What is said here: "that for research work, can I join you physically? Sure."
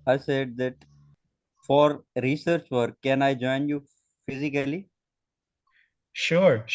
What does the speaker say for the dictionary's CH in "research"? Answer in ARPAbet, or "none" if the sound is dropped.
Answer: CH